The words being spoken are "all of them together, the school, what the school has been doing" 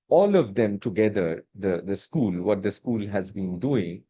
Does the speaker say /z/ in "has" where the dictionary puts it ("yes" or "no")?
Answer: yes